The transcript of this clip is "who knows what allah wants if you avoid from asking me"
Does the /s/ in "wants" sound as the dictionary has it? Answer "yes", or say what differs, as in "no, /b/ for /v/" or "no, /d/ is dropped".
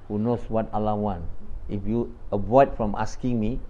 no, /s/ is dropped